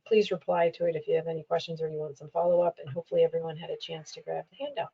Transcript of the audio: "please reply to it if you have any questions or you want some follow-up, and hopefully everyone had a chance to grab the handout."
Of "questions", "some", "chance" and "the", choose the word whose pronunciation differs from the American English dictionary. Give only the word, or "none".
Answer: none